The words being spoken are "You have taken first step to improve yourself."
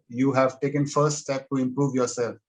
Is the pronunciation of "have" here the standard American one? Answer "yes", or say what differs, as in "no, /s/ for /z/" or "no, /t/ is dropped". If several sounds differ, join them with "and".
yes